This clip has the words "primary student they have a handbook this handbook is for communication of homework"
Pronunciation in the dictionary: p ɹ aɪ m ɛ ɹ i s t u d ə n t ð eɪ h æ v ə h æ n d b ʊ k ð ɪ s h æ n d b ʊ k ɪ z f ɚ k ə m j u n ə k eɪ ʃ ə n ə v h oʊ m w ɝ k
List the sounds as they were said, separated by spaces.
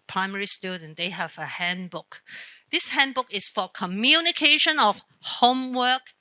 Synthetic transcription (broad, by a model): p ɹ aɪ m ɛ ɹ i s t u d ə n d eɪ h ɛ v ə h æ n b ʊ k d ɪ s h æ n b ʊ k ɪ s f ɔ k ə m j u n ə k eɪ ʃ ə n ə f h oʊ m w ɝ k